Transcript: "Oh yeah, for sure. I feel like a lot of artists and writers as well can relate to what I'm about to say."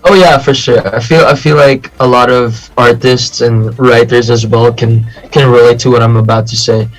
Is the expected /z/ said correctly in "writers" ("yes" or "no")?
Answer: yes